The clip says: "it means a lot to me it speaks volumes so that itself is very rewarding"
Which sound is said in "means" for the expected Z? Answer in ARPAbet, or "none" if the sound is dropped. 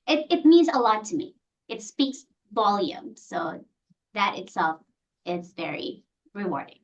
Z